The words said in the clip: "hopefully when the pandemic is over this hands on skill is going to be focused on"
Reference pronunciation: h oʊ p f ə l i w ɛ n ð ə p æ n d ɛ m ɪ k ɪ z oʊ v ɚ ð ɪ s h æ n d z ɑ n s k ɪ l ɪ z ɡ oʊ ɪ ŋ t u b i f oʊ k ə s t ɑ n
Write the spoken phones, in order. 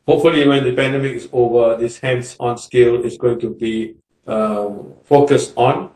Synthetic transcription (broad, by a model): h oʊ p f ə l i w ɛ n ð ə p æ n d ɛ m ɪ k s oʊ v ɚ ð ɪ s h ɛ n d s ɑ n s k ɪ l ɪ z ɡ oʊ ɪ ŋ t u b i f oʊ k ə s t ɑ n